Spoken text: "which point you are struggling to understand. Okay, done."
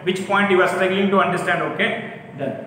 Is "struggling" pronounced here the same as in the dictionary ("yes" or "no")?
no